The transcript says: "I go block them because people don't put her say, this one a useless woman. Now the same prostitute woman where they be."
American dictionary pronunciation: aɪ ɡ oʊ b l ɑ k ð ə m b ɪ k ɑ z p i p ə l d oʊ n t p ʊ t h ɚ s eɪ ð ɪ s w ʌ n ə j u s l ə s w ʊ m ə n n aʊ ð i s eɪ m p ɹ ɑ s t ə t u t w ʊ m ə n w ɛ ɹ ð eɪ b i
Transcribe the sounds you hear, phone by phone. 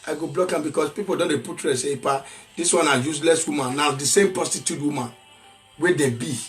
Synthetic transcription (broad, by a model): aɪ ɡ oʊ b l ɑ k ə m b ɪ k ɑ s p i p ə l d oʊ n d p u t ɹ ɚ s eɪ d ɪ s w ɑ n ə j u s l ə s w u m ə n n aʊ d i s eɪ m p ɹ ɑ s t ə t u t w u m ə n w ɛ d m b i